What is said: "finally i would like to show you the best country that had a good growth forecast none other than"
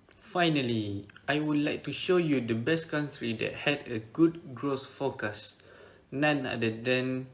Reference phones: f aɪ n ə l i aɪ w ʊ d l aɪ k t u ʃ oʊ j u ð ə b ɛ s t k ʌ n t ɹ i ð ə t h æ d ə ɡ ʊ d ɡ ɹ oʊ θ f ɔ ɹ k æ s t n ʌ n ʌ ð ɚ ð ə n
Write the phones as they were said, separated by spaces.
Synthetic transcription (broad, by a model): f aɪ n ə l i aɪ w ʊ d l aɪ k t u ʃ oʊ j u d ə b ɛ s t k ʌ n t ɹ i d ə t h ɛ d ə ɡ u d ɡ ɹ oʊ s f ɔ k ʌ s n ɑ n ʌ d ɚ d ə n